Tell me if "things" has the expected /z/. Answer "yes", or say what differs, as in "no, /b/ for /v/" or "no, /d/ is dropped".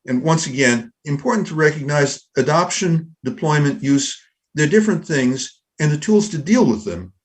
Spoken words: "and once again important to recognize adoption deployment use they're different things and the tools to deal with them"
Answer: yes